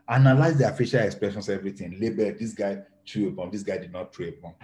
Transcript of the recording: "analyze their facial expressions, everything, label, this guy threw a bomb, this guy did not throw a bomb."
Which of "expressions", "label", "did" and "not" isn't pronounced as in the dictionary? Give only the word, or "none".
expressions